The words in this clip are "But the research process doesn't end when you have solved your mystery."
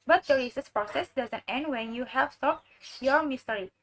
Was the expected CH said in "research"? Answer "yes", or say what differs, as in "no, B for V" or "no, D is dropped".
no, S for CH